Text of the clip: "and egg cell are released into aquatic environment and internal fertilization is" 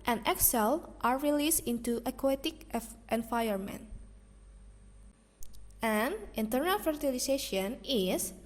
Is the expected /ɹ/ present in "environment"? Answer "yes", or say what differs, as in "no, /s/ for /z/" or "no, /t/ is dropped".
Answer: no, /ɹ/ is dropped